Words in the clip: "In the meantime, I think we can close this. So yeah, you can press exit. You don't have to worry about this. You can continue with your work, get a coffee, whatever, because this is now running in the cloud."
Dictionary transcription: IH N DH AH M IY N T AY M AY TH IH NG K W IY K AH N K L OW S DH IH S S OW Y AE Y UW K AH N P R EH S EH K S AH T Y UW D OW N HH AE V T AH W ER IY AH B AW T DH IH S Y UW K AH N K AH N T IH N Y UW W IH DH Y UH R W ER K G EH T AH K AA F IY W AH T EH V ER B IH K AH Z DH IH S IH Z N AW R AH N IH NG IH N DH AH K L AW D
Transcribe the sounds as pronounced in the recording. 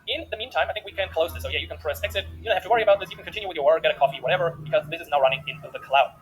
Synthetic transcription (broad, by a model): IH N DH AH M IY N T AY M AY TH IH NG K W IY K AH N K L OW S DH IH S S OW Y AE Y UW K AH N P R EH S EH K S AH T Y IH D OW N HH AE F T AH W ER IY AH B AW T DH IH S Y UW K AH N K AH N T IH N Y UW W IH DH Y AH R W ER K G EH T AH K AA F IY W AH T EH V ER B IH K AH Z DH IH S IH Z N AW R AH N IH NG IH N DH AH K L AW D